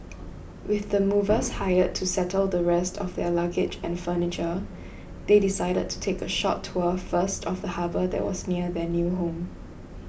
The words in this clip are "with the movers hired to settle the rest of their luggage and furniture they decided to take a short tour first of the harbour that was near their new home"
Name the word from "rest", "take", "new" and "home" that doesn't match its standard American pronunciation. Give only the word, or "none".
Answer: none